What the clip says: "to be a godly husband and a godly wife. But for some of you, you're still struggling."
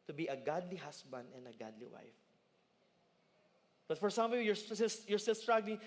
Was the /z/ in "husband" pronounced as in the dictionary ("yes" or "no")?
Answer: no